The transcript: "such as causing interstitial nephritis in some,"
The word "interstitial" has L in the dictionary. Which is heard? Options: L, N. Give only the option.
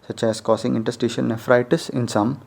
N